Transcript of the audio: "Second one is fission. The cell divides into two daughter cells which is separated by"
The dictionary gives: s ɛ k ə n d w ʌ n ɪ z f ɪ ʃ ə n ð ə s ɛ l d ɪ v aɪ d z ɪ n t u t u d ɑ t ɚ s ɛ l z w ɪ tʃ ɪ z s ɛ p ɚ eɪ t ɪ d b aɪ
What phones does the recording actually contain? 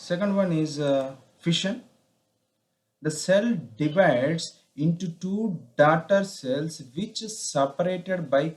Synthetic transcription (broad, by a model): s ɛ k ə n d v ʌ n ɪ z f ɪ ʃ ə n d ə s ɛ l d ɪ v aɪ d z ɪ n t u t u d ɑ t ɚ s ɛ l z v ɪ tʃ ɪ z s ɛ p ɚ eɪ t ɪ d b aɪ